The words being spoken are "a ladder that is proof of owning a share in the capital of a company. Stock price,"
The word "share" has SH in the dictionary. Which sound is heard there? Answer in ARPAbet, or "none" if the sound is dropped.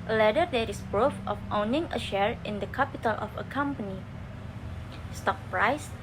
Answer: SH